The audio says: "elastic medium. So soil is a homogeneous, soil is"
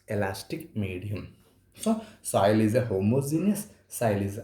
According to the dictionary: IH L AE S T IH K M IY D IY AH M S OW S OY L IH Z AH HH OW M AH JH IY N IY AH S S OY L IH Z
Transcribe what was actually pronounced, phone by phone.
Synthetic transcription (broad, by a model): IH L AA S T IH K M IY D IY AH M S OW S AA L IH Z AH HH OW M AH Z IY N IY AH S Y L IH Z